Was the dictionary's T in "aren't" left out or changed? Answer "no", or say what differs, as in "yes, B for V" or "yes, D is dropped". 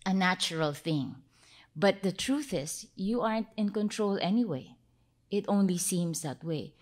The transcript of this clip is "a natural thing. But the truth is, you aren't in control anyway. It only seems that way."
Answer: no